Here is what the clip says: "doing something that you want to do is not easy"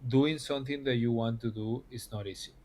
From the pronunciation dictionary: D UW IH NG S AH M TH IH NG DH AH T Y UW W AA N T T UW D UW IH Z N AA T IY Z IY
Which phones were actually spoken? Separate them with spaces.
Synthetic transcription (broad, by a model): D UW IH NG S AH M T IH NG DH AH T Y UW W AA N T T UW D UW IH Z N AA T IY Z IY